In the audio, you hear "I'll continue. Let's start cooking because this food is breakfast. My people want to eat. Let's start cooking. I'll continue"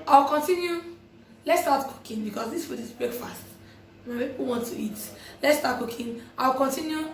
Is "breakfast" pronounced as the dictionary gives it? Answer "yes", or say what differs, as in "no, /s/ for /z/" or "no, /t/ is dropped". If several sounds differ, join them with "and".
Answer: no, /k/ is dropped